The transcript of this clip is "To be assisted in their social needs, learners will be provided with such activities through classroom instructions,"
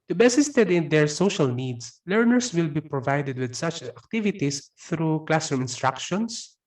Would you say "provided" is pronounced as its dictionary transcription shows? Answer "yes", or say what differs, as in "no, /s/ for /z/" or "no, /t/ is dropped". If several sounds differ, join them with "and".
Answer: yes